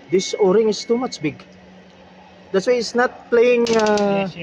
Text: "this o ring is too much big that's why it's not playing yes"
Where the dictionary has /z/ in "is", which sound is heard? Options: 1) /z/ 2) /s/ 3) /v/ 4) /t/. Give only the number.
2